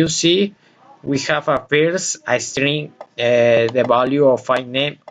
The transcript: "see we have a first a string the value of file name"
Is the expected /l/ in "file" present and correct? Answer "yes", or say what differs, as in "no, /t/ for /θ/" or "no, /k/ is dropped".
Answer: no, /n/ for /l/